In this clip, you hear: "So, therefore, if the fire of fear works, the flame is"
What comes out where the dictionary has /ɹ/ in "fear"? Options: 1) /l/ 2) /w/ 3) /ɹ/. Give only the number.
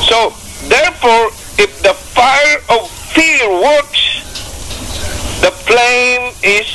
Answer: 1